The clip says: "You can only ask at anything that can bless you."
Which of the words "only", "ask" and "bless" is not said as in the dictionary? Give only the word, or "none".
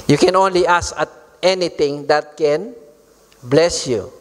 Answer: ask